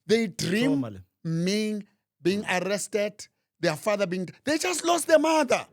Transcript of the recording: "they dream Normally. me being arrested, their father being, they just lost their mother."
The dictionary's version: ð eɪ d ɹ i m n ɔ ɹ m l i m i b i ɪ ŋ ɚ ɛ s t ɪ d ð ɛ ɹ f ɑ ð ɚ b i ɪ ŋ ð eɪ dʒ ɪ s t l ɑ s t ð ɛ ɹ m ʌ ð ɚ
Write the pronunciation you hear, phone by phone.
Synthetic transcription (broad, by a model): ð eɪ d ɹ i m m i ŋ b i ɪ ŋ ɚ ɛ s t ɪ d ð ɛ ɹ f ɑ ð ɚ b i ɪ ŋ ð eɪ dʒ ɪ s t l ɑ s t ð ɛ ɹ m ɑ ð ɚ